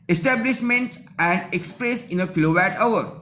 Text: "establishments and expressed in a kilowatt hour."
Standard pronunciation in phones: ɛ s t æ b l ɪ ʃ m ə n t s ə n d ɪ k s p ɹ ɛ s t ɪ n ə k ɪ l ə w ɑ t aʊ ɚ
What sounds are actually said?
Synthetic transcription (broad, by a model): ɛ s t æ b l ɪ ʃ m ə n t s ə n d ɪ k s p ɹ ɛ s ɪ n ə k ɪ l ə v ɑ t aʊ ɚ